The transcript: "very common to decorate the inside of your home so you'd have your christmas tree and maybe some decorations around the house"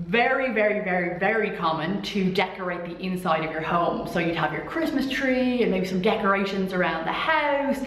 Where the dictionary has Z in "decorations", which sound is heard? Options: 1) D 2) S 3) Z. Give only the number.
3